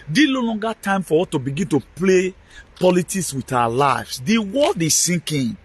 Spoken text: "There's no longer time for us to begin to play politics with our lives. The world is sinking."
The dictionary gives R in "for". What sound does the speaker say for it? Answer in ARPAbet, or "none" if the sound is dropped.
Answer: W